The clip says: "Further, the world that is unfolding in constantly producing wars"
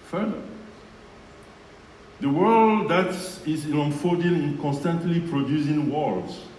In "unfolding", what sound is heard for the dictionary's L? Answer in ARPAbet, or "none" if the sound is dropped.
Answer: none